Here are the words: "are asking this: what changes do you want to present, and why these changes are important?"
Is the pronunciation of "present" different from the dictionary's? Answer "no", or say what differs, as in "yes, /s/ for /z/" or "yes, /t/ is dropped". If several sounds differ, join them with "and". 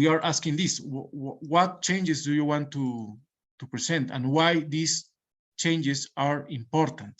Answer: yes, /s/ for /z/